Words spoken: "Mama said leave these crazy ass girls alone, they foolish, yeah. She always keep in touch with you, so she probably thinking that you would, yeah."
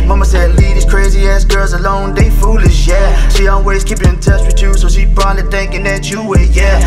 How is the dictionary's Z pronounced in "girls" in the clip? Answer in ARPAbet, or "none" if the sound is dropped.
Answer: Z